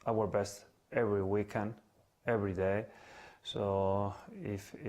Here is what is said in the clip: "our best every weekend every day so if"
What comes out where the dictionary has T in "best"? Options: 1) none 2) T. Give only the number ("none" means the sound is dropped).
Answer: 2